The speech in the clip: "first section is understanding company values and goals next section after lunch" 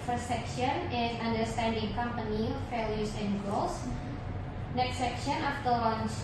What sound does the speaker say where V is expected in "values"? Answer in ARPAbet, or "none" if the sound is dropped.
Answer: F